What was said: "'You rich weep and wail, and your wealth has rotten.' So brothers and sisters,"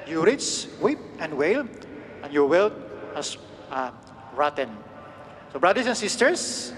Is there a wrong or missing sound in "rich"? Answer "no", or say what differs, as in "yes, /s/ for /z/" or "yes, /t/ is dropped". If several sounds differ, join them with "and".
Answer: yes, /s/ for /tʃ/